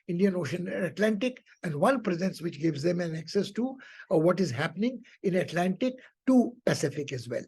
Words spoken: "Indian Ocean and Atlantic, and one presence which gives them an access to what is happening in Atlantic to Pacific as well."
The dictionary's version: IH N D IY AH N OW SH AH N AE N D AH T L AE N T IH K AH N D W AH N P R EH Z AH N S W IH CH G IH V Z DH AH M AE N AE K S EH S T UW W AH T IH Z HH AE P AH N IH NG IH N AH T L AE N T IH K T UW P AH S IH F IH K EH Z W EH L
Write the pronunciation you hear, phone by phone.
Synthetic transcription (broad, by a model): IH N D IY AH N OW SH AH N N AH T L AE N T IH K AH N D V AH N P R EH Z AH N S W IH CH G IH V Z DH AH M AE N AE K S EH S T UW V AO T IH Z HH AE P AH N IH NG IH N AH T L AE N T IH K T UW P AH S IH F IH K EH Z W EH L